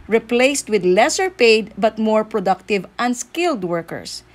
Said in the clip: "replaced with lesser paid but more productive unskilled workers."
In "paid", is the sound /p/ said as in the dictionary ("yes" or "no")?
yes